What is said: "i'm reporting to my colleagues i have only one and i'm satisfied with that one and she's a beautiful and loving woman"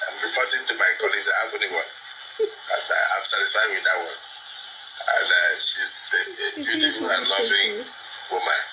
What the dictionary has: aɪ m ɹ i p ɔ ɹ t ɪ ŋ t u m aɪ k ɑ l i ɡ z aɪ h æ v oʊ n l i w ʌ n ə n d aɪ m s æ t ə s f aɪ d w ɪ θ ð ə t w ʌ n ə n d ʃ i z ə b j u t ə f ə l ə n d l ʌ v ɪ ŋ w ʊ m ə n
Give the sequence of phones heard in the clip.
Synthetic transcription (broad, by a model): aɪ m ɹ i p ɔ t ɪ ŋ t u m aɪ k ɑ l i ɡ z aɪ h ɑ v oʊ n i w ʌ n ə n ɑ aɪ m s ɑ t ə s f aɪ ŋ w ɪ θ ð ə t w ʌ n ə n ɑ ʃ i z ə b j u t ə f ə l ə n l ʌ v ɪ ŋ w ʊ m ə n